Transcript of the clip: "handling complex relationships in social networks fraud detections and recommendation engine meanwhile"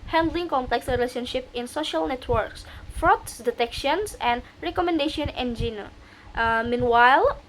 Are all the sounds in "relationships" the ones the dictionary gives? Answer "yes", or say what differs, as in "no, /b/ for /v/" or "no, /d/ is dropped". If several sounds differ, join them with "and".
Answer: no, /s/ is dropped